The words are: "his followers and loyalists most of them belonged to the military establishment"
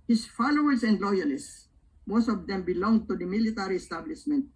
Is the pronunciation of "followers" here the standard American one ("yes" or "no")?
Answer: no